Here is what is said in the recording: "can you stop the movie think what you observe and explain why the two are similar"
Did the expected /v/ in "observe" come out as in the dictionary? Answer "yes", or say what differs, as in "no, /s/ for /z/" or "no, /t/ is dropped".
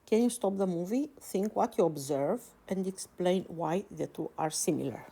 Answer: yes